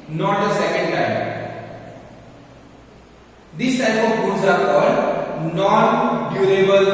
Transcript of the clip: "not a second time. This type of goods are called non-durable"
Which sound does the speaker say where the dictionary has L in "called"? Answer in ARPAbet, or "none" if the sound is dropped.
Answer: none